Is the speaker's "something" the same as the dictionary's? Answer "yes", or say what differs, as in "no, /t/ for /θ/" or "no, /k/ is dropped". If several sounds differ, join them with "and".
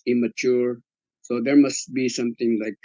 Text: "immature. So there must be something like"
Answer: no, /t/ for /θ/